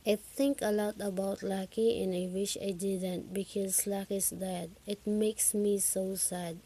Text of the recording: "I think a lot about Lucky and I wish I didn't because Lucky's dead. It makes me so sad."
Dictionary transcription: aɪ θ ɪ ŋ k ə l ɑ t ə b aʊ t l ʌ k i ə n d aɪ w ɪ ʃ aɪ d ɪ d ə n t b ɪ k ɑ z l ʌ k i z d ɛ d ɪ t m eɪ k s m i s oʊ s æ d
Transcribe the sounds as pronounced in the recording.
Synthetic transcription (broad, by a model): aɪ t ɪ ŋ k ə l ɑ t ə b aʊ t l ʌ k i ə n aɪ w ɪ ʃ aɪ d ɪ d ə n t b ɪ k ɑ z l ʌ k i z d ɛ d ɪ t m eɪ k s m i s oʊ s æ d